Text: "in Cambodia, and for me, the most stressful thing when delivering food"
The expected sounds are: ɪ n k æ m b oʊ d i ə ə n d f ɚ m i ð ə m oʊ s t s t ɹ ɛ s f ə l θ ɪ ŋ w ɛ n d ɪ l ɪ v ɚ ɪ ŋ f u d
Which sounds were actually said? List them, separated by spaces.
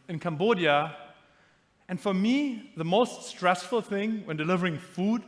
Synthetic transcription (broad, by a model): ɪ n k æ m b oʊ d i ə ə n f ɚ m i ð ə m oʊ s t s t ɹ ɛ s f ə l θ ɪ ŋ w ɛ n d ɪ l ɪ v ɚ ɪ ŋ f u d